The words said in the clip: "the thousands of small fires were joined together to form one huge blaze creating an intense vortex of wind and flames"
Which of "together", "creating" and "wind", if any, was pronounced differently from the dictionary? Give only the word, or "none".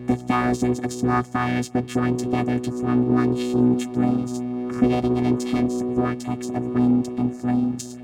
none